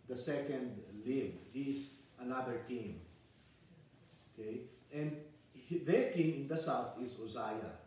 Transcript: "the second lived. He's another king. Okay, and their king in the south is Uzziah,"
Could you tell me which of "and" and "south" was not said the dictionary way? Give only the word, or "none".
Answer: south